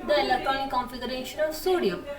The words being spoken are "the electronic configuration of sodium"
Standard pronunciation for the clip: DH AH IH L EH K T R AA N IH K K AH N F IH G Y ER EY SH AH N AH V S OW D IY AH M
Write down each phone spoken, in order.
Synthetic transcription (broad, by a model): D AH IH L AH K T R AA IH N K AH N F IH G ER EY SH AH N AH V S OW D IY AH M